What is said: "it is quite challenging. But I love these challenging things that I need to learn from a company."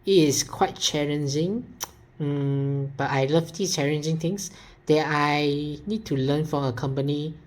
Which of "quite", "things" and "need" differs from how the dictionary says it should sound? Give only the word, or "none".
things